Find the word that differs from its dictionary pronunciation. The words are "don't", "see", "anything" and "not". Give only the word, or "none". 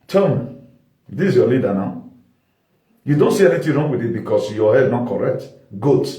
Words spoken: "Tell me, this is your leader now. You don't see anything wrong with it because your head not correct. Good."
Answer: anything